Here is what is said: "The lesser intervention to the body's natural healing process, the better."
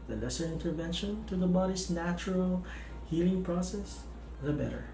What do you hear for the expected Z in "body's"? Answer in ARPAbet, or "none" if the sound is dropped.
S